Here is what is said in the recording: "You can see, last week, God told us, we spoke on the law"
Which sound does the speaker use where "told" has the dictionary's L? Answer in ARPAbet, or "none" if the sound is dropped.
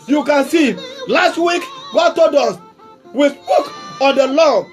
none